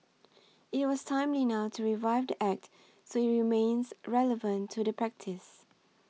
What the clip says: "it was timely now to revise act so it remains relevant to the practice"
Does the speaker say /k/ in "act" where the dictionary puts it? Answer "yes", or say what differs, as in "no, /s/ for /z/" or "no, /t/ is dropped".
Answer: yes